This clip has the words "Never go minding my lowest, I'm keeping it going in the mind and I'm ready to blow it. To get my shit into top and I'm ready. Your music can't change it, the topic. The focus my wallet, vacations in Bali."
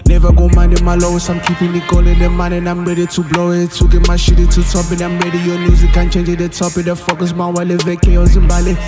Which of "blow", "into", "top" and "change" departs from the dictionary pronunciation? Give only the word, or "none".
into